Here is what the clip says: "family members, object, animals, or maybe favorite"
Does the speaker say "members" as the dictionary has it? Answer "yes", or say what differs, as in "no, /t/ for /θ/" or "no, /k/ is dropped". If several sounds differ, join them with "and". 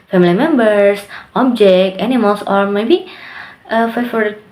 no, /s/ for /z/